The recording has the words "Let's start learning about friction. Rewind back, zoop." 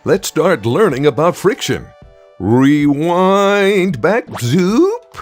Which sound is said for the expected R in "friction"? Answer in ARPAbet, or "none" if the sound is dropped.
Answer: R